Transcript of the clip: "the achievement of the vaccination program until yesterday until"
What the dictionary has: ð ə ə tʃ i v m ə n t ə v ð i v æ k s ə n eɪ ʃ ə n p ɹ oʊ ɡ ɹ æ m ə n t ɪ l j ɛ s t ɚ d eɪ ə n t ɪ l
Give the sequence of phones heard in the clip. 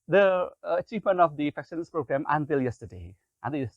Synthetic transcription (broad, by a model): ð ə ə tʃ i v m ə n t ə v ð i f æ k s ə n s p ɹ oʊ ɡ ɹ æ m ə n t ɪ l j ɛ s t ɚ d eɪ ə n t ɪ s